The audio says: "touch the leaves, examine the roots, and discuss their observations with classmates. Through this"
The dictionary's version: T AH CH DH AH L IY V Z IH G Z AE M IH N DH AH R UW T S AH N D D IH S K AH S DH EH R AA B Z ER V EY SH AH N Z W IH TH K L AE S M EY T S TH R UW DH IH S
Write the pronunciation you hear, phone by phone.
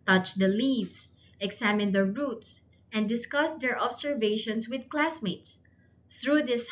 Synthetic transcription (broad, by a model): T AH CH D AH L IY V S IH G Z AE M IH N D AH R UW T S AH N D D IH S K AH S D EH R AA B S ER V EY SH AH N S W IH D K L AE S M EY T S TH R UW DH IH S